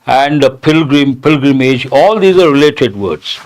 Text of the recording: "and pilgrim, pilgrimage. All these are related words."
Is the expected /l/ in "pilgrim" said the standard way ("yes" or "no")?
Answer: yes